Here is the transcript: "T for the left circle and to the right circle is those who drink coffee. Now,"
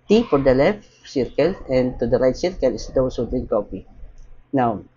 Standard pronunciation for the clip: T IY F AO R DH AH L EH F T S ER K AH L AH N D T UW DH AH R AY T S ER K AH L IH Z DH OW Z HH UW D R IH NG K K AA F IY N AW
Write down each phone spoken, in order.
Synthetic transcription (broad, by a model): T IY F AO R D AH L EH F T S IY K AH L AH N T UW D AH R AY T S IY K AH L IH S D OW S HH UW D L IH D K K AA P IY N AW